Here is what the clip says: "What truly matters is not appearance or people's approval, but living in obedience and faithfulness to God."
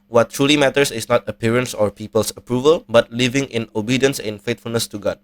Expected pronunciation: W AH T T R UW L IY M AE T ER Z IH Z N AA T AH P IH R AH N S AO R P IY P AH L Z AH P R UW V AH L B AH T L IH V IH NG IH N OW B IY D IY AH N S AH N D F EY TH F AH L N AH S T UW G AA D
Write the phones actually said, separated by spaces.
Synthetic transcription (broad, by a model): W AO T T R UW L IY M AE T ER S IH S N AA T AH P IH R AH N S AO R P IY P AH L S AH P R UW V AH L B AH T L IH V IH NG IH N OW B IY D IY AH N S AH N F EY T F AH L N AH S T UW G AA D